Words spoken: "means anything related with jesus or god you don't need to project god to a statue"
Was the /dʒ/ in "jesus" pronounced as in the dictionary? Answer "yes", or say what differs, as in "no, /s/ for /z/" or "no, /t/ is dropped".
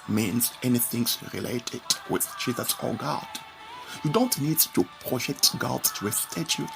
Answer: no, /tʃ/ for /dʒ/